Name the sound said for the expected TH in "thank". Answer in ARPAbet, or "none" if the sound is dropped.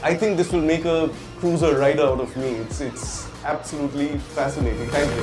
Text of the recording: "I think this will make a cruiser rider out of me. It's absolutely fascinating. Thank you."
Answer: T